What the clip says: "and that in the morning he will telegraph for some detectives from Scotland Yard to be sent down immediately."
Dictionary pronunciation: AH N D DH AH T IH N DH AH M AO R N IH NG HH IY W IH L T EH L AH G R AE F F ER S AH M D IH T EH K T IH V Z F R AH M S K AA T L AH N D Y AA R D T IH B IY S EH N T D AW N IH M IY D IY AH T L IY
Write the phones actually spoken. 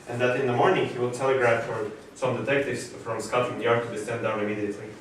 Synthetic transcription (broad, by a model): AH N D DH AH T IH N DH AH M AO R N IH NG HH IY W IH L T EH L AH G R AE F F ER S AH M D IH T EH K T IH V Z F R AH M S K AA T AH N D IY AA R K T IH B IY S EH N D AW N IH M IY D IY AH T L IY